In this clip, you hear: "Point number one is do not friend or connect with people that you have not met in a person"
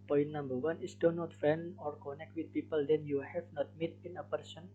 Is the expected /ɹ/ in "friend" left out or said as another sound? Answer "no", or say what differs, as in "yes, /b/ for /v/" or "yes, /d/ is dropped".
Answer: yes, /ɹ/ is dropped